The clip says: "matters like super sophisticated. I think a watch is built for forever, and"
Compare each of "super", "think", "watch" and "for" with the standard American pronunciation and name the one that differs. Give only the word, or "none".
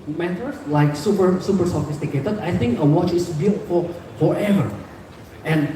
for